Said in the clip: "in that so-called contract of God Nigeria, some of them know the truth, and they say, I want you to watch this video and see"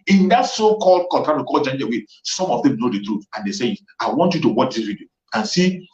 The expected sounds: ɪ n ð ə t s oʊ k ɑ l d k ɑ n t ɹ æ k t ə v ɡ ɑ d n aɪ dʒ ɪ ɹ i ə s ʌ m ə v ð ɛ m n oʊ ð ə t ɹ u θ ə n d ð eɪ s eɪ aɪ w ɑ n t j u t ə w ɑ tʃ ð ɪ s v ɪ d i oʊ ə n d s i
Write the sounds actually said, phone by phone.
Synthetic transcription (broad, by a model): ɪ n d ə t s oʊ k ɑ l d k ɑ t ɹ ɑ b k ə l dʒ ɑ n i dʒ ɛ w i s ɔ m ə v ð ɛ m n oʊ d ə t ɹ u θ ə n d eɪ s eɪ aɪ w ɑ n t j u t ə w ɑ tʃ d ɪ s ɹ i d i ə n s i